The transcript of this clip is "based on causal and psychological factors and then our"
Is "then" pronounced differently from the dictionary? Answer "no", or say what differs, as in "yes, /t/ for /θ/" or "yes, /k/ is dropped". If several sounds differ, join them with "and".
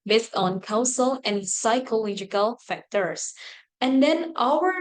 no